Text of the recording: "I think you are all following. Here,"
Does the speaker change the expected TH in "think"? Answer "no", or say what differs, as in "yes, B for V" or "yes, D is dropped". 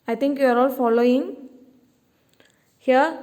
yes, T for TH